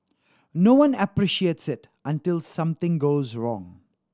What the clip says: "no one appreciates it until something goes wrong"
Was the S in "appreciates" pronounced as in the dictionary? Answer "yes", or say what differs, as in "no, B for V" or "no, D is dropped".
yes